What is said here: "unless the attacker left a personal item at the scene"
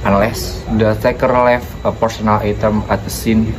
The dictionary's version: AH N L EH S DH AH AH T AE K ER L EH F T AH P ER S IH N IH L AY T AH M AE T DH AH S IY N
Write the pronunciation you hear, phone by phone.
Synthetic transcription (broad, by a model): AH N L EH S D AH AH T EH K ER L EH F AH P ER S IH N IH L AY T AH M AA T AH S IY N